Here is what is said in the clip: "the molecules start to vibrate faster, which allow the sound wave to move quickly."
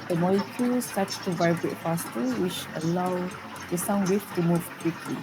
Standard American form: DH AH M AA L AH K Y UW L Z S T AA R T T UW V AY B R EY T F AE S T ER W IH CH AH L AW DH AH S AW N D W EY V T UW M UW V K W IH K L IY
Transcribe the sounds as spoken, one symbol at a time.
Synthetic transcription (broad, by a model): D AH M AA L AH K Y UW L S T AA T T UW V AY B R EY T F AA S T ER W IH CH AH L AW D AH S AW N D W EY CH T UW M UW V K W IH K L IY